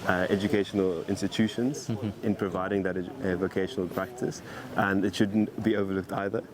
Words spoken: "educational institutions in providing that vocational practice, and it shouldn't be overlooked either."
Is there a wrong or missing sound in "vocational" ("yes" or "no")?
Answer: no